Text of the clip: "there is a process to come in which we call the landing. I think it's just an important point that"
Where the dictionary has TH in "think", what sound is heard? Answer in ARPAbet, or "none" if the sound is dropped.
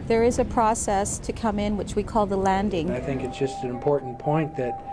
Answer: TH